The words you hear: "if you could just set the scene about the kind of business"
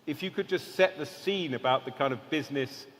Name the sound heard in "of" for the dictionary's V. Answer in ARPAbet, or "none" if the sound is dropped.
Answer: V